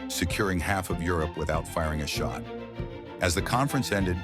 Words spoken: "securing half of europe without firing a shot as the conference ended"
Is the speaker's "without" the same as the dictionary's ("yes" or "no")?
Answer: yes